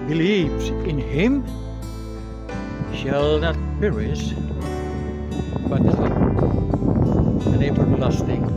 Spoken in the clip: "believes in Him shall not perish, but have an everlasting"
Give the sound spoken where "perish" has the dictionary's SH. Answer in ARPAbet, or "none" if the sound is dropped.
S